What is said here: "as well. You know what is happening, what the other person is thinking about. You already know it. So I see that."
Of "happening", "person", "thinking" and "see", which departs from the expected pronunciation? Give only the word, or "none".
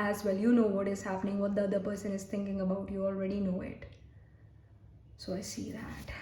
thinking